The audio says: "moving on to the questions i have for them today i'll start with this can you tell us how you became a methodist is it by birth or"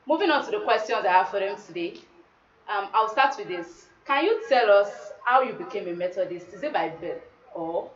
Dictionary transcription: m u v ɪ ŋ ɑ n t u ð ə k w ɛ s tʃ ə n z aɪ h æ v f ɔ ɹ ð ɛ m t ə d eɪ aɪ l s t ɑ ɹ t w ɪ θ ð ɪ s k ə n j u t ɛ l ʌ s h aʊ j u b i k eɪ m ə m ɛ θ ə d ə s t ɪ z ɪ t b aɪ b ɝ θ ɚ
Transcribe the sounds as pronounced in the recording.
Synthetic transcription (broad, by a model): m u v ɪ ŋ ɑ n t u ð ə k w ɛ s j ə n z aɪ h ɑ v f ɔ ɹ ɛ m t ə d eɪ aɪ w s t ɑ t w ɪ ð ɪ s k ə n j u t ɛ l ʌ s h aʊ j u b i k eɪ m ə m ɛ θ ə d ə s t ɪ z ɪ t b aɪ b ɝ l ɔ